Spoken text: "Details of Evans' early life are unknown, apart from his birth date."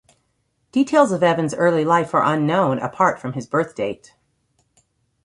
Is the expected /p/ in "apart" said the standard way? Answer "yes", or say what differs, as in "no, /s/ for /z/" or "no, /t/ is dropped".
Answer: yes